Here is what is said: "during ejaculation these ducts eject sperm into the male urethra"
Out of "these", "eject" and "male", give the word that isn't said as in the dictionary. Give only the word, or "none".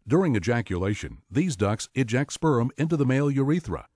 none